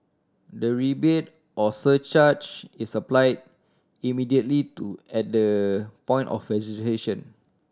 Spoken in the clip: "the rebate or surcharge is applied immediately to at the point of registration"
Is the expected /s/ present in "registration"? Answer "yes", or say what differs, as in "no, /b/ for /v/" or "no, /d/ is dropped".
no, /s/ is dropped